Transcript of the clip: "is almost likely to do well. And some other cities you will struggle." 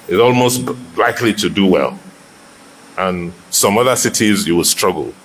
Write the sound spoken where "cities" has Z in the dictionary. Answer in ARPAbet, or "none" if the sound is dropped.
Z